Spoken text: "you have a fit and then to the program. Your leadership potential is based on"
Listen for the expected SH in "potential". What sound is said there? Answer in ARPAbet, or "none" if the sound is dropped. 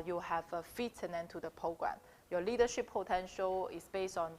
SH